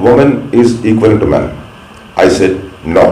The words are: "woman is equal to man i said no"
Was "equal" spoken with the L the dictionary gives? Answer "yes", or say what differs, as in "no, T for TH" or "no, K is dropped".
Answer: no, N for L